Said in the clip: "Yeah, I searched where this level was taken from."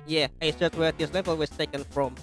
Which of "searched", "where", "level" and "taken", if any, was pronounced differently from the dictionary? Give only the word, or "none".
searched